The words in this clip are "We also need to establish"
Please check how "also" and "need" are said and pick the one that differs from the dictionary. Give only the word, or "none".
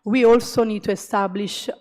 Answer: none